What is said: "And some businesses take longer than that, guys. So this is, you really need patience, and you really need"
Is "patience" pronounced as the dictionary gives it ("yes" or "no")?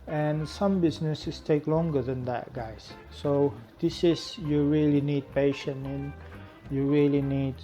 no